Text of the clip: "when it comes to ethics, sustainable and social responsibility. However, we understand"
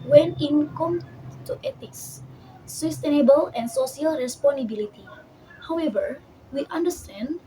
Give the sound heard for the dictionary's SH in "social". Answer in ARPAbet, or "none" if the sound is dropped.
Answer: S